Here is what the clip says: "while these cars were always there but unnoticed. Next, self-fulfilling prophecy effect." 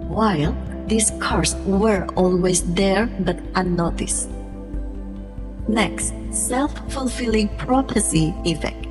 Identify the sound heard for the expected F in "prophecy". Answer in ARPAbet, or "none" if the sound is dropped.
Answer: P